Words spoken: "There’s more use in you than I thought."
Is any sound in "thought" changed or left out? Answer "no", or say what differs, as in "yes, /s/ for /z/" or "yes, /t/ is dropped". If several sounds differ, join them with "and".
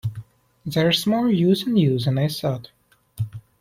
yes, /s/ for /θ/